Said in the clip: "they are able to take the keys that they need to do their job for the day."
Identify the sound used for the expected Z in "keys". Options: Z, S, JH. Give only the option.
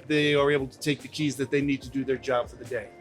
Z